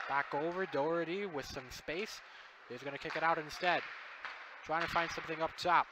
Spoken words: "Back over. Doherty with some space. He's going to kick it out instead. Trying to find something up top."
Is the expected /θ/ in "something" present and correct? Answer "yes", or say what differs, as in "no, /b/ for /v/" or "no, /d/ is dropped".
yes